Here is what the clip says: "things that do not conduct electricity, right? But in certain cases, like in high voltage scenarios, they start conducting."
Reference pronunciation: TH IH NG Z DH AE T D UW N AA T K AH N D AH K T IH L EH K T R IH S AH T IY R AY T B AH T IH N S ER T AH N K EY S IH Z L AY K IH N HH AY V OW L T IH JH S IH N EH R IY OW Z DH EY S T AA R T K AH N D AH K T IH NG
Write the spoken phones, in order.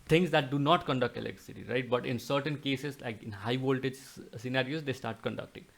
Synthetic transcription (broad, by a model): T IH NG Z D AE T D UW N AA T K AH N D AH K T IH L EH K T IH S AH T IY R AY T B AH T IH N S ER T AH N K EY S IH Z L AY K IH N HH AY V OW L T IH JH S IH N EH R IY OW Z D EY S T AA R T K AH N D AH K T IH NG